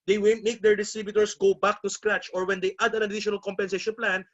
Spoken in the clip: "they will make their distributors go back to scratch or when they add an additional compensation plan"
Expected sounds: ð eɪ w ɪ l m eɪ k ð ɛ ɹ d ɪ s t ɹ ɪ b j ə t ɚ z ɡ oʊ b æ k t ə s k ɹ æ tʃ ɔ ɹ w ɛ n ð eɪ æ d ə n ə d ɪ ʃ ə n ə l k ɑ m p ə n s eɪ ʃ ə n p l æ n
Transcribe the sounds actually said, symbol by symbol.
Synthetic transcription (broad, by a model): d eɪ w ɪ n m eɪ k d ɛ ɹ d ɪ s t ɹ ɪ b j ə t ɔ s ɡ oʊ b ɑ k t ə s k ɹ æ tʃ ɔ ɹ w ɛ n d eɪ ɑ d ə n ə d ɪ ʃ ə n ə l k ɑ m p ə n s eɪ ʃ ə n p l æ n